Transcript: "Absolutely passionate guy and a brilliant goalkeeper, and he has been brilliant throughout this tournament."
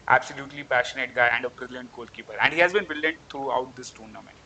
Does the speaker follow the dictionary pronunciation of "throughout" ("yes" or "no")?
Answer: no